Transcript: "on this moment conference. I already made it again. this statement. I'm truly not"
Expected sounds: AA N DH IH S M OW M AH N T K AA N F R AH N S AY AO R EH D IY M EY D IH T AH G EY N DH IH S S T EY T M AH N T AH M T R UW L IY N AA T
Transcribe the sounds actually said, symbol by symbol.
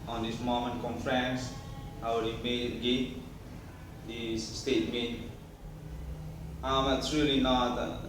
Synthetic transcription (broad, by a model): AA N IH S M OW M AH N K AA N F R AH N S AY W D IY M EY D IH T G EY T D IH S S T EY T M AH T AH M T R UW L IY N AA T